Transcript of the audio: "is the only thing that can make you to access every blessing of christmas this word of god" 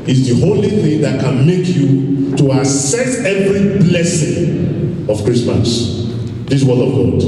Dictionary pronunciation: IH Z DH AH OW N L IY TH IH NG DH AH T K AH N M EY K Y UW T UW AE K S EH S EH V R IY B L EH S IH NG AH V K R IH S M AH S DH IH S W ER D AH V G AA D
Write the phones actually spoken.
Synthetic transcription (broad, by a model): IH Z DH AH OW L IY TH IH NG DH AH T K AH N M EY K Y UW T UW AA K S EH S EH V R IY B L EH S IH NG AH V K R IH S M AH S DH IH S W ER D AH V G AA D